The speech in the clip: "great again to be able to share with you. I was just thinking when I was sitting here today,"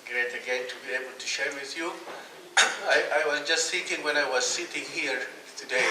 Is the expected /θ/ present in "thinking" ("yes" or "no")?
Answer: no